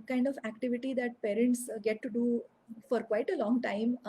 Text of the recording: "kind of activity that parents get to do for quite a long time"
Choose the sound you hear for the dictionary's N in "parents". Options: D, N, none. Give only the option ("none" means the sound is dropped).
N